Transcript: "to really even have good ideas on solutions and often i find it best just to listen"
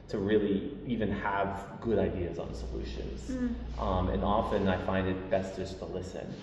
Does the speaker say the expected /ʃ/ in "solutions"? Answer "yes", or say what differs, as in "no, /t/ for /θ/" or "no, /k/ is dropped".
yes